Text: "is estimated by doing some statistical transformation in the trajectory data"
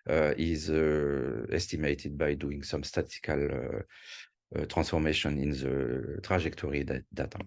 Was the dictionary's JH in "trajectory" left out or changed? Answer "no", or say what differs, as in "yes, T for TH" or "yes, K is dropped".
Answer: yes, ZH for JH